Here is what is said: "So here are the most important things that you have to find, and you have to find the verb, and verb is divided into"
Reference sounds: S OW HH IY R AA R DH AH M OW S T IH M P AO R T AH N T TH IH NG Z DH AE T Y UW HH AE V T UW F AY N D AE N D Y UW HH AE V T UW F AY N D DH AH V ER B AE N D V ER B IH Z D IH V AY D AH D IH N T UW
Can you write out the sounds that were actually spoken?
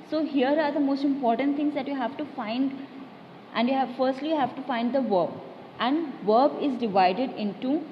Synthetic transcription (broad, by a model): S OW HH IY R AA R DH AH M OW S T IH M P AO R T AH N T T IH NG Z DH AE T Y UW HH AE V T UW F AY N D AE N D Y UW HH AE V T UW F AY N D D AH V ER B AE N D V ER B IH Z D IH V AY D AH D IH N T UW